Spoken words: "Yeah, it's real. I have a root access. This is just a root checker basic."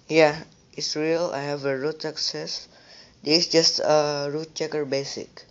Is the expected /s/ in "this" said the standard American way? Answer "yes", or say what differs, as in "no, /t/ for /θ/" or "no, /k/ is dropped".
no, /s/ is dropped